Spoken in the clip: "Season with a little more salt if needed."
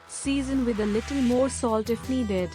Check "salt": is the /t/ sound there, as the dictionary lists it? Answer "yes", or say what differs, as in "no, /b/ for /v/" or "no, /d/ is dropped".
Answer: yes